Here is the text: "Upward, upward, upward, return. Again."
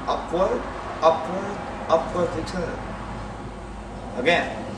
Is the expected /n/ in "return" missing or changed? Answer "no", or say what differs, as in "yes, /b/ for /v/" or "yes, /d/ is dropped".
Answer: yes, /n/ is dropped